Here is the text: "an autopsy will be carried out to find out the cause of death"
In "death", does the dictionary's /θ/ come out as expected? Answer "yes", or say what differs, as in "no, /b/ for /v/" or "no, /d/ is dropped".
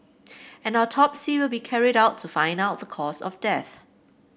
yes